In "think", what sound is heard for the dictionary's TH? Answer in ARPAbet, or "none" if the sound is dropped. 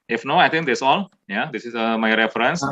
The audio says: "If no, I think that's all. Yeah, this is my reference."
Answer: T